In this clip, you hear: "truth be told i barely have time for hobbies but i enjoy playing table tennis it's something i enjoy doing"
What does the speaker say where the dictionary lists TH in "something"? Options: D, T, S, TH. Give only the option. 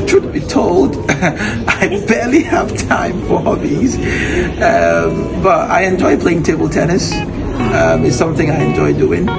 TH